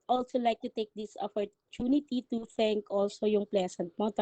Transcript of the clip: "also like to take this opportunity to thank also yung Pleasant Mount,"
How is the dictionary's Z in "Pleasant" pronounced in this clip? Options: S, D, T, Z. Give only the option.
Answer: S